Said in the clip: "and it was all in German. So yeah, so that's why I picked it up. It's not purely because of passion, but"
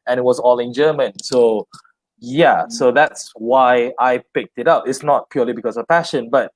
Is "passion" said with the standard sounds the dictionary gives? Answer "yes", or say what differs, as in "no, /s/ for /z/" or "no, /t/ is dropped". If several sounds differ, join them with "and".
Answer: yes